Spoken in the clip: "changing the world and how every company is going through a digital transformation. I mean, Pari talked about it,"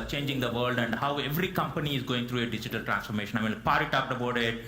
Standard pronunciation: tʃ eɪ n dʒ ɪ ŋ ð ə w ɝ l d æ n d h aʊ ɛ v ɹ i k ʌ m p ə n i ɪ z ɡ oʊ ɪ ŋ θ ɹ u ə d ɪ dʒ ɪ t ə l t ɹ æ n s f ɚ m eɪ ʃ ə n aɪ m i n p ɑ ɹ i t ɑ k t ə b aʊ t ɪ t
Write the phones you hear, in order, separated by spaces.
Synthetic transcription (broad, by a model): tʃ eɪ n dʒ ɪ ŋ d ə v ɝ l d æ n d h aʊ ɛ v ɹ i k ʌ m p ə n i ɪ z ɡ oʊ ɪ ŋ t ɹ u ə d ɪ dʒ ɪ t ə l t ɹ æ n s f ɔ m eɪ ʃ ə n aɪ m i n p ɑ ɹ i t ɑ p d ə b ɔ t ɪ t